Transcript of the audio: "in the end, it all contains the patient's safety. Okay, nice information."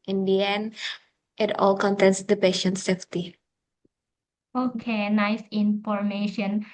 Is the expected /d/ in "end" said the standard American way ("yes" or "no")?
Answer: no